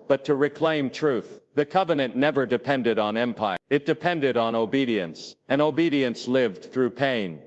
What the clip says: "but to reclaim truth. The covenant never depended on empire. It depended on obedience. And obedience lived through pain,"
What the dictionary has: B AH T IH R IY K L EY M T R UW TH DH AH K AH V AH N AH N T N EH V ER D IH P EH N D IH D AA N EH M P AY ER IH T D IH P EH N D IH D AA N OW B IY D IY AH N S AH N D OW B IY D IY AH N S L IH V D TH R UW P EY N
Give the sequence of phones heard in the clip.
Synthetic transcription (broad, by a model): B AH T IH R IY K L EY M T R UW TH DH AH K AH V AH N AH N N EH V ER D IH P EH N D IH D N EH M P AY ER IH T D IH P EH N D IH D N OW B IY D IY AH N S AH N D OW B IY D IY AH N S L IH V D TH R UW P EY N